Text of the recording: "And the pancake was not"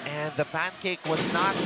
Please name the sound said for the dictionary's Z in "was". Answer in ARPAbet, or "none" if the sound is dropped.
Z